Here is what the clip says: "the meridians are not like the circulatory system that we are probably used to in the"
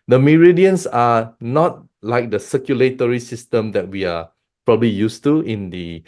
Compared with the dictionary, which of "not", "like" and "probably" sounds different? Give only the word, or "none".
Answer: none